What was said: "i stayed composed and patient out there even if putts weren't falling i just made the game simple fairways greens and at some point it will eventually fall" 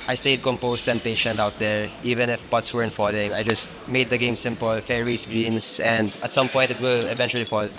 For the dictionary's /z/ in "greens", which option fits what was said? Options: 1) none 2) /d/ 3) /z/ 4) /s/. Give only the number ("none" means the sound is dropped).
4